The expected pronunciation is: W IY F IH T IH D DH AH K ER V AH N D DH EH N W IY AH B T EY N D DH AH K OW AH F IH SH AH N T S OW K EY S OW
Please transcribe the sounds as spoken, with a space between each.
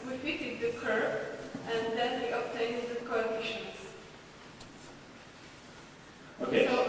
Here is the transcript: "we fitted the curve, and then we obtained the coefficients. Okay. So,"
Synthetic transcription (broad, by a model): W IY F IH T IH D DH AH K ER P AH N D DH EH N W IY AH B T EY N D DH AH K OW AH IH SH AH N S OW K EY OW